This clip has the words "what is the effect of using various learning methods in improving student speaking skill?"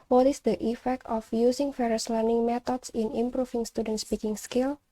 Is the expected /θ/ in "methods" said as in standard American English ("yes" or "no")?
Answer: no